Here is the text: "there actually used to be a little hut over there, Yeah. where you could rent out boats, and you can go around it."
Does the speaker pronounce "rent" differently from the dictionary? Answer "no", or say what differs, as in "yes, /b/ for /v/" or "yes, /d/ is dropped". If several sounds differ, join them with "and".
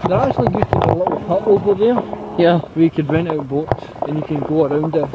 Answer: yes, /t/ is dropped